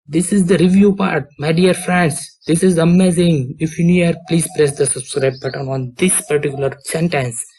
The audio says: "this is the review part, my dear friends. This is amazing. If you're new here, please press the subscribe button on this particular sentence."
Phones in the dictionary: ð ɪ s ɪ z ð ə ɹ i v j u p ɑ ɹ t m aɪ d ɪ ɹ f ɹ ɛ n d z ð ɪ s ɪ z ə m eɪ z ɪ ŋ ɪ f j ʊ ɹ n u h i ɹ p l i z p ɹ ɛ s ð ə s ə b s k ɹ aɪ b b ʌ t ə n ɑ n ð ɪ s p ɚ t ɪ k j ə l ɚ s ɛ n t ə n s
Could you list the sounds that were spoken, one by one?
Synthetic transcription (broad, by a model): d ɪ s ɪ z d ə ɹ i v j u p ɑ ɹ t m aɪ d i ɹ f ɹ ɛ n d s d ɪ s ɪ z ə m eɪ z ɪ ŋ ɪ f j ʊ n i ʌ ɹ p l i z p ɹ ɛ s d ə s ə b s k ɹ aɪ b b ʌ t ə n ɑ n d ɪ s p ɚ t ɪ k j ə l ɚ s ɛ n t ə n s